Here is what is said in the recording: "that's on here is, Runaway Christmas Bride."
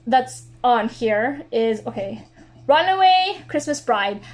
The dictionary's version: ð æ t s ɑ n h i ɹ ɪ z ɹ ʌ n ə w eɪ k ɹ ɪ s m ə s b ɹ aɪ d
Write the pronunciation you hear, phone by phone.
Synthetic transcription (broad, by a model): ð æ t s n h i ɹ ɪ z ɹ ʌ n ə w eɪ k ɹ ɪ s m ə s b ɹ aɪ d